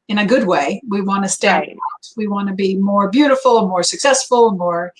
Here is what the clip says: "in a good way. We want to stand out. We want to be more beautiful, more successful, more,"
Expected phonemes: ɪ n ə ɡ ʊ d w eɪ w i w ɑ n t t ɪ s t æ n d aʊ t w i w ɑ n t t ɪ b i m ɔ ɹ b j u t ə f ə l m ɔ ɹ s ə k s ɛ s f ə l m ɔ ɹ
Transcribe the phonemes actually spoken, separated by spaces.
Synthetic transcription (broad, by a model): ɪ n ə ɡ ʊ d w eɪ w i w ɑ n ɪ s t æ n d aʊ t w i w ɑ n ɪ b i m ɔ ɹ b j u t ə f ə n m ɔ ɹ s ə k s ɛ s f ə n m ɔ ɹ